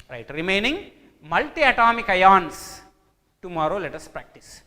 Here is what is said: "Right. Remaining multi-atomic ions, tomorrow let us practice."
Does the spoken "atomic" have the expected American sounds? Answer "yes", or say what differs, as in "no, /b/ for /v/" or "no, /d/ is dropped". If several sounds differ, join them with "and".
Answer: yes